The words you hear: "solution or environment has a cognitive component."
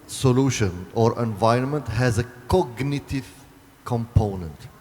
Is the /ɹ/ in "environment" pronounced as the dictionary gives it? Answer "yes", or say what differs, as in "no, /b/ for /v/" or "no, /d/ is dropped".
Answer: yes